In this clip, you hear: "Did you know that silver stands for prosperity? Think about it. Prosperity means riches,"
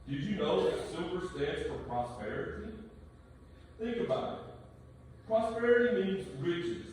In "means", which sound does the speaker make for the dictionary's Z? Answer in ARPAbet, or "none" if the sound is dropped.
Z